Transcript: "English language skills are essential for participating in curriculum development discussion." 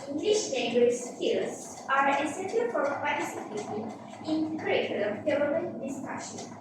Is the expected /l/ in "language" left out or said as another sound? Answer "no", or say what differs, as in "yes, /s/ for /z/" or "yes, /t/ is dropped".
yes, /n/ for /l/